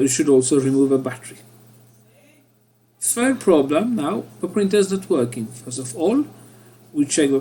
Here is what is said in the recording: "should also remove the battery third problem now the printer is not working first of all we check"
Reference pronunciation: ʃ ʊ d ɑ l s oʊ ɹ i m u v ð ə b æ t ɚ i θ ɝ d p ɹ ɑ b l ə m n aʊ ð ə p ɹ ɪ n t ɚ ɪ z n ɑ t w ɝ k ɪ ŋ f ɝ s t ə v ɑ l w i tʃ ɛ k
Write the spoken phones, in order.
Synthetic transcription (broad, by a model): ʃ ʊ d ɑ l s oʊ ɹ i m u v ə b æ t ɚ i f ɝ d p ɹ ɑ b l ə m n aʊ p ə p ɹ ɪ n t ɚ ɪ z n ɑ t w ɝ k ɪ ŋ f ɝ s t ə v ɑ l w i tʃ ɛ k